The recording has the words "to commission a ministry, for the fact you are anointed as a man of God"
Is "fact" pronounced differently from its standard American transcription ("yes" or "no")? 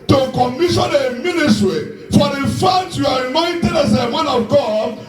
yes